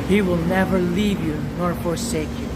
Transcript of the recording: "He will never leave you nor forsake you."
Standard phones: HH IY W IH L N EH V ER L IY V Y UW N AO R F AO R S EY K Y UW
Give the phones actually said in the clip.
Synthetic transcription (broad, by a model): HH IY W IH L N EH V ER L IY V Y UW N AO R F AO R S EY K Y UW